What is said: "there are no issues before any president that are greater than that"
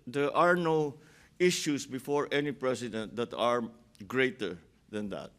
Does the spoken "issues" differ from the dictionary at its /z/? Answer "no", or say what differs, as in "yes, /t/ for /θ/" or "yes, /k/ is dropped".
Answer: yes, /s/ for /z/